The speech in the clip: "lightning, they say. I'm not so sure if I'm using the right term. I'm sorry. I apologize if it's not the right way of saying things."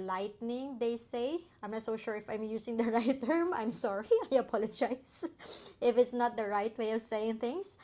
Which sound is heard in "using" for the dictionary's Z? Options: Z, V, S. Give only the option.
S